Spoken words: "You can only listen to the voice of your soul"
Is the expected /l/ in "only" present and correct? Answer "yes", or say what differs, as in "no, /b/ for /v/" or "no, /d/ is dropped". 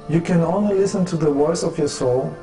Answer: yes